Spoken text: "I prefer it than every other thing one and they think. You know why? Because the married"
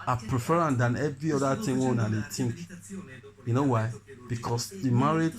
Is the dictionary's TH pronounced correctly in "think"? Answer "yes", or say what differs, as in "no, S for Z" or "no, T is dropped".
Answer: no, T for TH